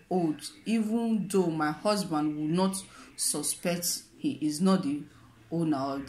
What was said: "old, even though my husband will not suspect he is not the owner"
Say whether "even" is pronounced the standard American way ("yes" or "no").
yes